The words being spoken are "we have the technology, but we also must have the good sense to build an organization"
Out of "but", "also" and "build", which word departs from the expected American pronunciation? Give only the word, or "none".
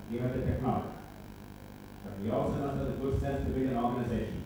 build